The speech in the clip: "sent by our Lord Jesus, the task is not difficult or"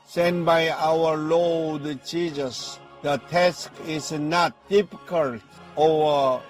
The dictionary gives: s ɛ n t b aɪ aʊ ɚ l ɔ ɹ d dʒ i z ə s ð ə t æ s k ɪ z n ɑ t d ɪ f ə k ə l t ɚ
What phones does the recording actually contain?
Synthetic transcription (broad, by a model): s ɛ n b aɪ aʊ ɚ l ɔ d tʃ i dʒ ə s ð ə t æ s k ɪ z n ɑ t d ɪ p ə k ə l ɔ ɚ